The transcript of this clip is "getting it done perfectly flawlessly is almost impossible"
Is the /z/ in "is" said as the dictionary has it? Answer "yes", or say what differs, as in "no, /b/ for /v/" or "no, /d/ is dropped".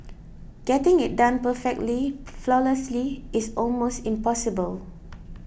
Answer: no, /s/ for /z/